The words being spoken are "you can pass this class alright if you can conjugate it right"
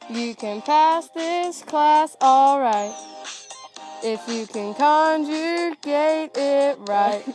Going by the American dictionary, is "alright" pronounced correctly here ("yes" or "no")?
yes